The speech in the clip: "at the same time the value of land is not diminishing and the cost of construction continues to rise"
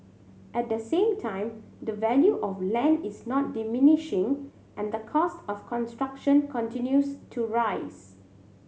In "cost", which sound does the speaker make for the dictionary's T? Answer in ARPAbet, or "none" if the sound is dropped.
T